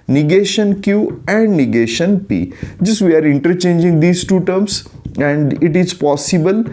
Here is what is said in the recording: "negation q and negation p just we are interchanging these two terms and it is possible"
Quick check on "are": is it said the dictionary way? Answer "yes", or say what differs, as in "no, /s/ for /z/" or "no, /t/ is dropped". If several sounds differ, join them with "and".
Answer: yes